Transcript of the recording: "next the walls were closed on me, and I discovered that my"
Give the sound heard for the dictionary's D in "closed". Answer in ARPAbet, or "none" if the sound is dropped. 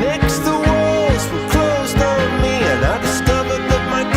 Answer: D